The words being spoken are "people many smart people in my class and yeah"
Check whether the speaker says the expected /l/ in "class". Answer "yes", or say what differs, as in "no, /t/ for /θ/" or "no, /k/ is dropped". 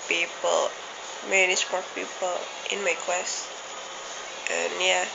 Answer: no, /w/ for /l/